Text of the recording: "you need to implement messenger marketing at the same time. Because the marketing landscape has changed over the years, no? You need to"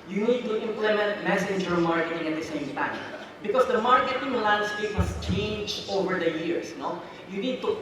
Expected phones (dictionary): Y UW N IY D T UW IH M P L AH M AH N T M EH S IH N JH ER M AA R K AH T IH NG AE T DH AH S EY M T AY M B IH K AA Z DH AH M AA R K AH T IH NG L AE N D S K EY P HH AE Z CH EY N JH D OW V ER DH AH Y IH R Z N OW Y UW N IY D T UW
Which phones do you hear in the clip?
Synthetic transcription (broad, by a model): Y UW N IY D T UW IH M P L AH M AH N T M EH S IH N JH ER M AA R K AH T IH NG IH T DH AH S EY M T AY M B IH K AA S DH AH M AA R K AH T IH NG L AE N D S K EY P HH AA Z CH EY N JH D OW V ER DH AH Y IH R S N OW Y UW N IY D T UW